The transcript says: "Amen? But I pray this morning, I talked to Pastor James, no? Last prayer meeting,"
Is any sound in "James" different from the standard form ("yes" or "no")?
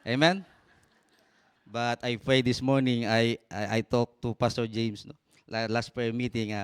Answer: yes